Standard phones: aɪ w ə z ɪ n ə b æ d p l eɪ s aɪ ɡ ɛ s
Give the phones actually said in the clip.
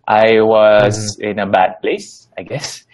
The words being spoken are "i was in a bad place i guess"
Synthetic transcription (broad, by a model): aɪ w ə z ɪ n ə b æ d p l eɪ s aɪ ɡ ɛ s